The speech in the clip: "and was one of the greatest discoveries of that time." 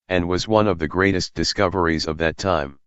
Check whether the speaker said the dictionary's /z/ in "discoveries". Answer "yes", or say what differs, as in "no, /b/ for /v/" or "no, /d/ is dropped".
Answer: yes